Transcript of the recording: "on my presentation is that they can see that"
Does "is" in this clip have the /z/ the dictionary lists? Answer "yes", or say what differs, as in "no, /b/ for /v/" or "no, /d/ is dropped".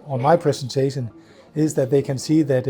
yes